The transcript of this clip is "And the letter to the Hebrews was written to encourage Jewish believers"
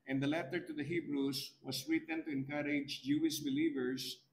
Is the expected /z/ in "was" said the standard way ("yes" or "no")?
no